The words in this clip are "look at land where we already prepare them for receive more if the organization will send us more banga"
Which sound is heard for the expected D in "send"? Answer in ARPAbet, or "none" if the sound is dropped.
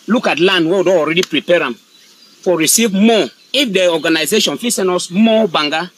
none